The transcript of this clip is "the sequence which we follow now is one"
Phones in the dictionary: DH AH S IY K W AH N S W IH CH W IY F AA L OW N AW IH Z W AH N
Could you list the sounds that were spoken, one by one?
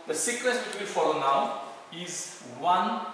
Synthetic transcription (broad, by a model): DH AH S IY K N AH S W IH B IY F AA L OW N AW IH Z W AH N